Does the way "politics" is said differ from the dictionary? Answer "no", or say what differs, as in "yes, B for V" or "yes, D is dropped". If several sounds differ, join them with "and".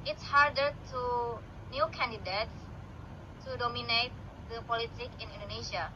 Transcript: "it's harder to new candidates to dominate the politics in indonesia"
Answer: yes, S is dropped